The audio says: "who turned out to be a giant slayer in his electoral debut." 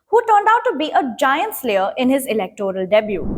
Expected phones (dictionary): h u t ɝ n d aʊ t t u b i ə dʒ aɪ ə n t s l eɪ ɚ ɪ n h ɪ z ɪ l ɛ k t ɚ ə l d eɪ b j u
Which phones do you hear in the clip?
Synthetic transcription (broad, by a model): h u t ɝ n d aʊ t t u b i ə dʒ aɪ ə n t s l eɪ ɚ ɪ n h ɪ z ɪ l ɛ k t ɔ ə l d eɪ b j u